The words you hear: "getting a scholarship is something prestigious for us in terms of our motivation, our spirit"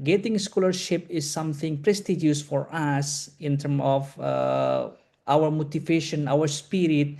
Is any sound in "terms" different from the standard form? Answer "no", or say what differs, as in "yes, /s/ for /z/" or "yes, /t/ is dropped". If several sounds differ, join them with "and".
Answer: yes, /z/ is dropped